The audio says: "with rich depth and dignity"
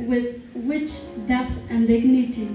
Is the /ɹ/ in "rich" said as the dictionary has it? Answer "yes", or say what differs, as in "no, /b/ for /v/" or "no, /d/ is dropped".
no, /w/ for /ɹ/